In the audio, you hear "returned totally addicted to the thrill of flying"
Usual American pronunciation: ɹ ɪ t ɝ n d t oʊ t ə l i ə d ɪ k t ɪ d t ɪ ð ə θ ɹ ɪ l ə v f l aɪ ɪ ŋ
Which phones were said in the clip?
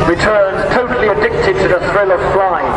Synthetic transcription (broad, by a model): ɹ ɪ t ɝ n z t oʊ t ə l i ə d ɪ k t ɪ d t ɪ ð ə θ ɹ ɪ l ə v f l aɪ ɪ